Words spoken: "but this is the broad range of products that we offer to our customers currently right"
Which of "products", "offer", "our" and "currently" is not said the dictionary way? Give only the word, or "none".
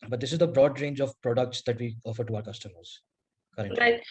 currently